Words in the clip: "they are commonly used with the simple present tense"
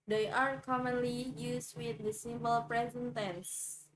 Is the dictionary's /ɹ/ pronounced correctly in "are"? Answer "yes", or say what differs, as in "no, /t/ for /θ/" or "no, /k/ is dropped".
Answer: yes